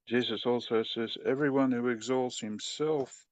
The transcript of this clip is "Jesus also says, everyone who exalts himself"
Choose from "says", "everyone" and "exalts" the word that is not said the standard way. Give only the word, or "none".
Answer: none